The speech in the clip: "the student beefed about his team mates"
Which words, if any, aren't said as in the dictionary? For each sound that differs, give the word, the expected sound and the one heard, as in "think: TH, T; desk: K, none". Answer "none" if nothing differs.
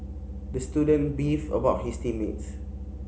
beefed: T, none; his: Z, S